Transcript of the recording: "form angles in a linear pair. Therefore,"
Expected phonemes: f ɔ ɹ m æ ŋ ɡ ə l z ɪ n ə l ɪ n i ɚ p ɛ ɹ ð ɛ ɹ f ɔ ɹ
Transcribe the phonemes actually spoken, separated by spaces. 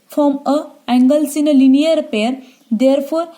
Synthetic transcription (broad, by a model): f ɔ m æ ŋ ɡ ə l s ɪ n ə l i n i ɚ p ɛ ɹ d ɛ ɹ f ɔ ɹ